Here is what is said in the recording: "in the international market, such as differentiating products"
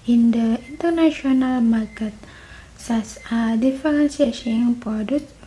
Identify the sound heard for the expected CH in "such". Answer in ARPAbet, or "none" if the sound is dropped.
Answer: S